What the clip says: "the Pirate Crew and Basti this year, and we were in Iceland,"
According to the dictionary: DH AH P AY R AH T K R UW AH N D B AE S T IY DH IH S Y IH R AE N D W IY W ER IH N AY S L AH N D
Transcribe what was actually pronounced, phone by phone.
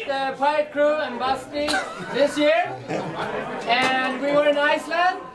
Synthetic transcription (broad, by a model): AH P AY AH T K R UW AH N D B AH S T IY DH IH S Y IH R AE N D W IY W ER IH N AY S L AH N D